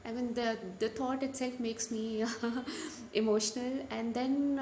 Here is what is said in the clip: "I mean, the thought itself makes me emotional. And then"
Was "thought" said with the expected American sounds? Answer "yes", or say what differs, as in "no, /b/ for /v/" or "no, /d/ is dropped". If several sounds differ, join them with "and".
no, /t/ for /θ/